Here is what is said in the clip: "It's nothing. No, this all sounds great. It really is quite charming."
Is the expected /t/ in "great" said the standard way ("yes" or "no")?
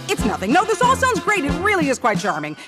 yes